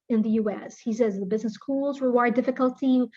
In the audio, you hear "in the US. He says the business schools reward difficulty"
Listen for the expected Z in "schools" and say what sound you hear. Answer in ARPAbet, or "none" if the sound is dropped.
Z